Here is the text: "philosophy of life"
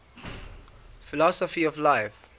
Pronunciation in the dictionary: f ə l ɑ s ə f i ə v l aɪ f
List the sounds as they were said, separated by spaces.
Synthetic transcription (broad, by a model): f ə l ɑ s ə f i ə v l aɪ f